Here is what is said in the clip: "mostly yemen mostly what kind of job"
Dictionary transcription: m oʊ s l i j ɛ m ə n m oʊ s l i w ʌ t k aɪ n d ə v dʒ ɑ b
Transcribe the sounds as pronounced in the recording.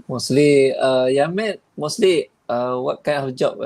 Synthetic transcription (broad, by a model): m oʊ s l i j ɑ m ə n m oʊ s l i w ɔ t k aɪ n ə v dʒ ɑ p